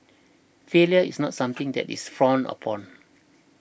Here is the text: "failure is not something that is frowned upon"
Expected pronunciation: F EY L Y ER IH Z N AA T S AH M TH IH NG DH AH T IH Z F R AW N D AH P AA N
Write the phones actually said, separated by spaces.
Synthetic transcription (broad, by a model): F EY L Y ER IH S N AA T S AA M T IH NG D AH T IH S F R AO N AH P AA N